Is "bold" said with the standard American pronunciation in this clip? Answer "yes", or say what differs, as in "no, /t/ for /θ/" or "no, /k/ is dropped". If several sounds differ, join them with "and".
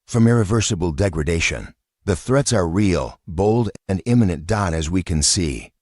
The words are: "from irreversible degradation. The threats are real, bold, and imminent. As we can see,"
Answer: yes